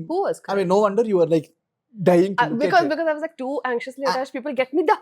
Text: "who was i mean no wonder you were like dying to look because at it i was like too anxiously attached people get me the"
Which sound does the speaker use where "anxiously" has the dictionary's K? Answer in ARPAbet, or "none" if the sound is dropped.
K